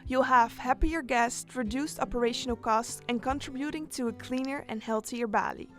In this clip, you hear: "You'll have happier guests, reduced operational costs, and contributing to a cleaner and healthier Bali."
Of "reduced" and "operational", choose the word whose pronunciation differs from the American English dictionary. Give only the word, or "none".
none